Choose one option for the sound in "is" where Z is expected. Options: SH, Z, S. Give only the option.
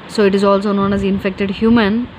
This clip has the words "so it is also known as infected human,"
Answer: Z